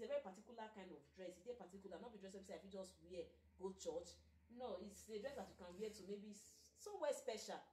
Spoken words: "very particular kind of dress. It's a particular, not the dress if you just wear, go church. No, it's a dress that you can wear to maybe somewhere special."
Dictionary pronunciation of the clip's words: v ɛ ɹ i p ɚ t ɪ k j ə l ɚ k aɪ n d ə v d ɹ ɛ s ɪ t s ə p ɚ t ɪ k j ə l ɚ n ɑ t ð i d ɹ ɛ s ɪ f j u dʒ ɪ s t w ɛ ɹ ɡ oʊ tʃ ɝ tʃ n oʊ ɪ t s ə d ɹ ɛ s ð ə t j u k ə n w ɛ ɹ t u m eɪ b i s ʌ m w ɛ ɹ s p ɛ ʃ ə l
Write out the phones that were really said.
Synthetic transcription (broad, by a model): v ɛ ɹ i p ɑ t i k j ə l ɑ k aɪ n d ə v d ɹ ɛ s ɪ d ə p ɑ t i k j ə l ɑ n ɑ t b i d ɹ ɛ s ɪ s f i dʒ ɪ s t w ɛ ɡ oʊ tʃ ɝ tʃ n oʊ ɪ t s ə d ɹ ɛ s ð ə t j u k ə n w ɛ t u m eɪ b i s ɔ w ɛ s p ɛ ʃ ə l